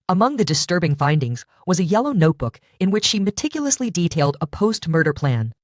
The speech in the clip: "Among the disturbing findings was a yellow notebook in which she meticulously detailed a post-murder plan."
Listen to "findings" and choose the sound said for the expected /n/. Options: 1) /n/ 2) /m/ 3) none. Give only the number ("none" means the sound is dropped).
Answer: 1